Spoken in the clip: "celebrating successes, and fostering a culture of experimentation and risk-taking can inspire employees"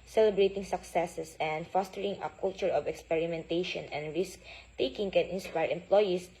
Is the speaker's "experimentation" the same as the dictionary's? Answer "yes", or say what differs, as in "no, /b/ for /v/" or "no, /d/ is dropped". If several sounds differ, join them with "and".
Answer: yes